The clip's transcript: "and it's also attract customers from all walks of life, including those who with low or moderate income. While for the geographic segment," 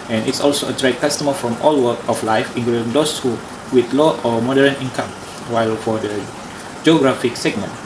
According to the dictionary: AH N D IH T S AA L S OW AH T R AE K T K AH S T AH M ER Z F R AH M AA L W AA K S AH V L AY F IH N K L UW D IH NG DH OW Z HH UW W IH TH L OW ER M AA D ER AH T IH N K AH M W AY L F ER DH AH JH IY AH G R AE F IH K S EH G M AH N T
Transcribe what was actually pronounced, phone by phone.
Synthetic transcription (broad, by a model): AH N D IH T S AA L S OW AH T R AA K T K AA S T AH M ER F R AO M AA L W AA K AH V L AY F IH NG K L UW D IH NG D OW S HH UW W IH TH L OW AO M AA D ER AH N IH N K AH M W AY L F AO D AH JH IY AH G R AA F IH K S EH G M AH N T